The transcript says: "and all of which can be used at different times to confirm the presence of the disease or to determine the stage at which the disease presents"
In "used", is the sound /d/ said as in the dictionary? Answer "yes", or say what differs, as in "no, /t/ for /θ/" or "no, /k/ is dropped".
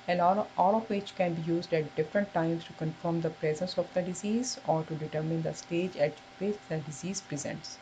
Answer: yes